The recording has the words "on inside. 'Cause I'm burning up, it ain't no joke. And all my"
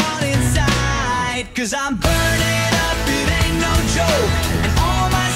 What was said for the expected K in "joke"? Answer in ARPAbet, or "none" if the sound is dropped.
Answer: none